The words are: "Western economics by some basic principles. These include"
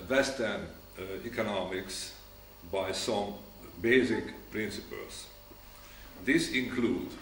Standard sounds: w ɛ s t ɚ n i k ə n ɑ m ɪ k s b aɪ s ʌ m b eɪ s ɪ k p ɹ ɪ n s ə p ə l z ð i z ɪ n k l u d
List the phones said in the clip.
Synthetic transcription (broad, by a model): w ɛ s t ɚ n i k ə n ɑ m ɪ k s b aɪ s ʌ m b eɪ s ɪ k p ɹ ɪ n s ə p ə l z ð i s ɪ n k l u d